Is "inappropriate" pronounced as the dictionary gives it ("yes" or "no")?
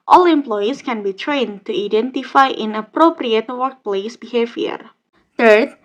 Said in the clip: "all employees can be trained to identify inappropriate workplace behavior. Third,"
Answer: yes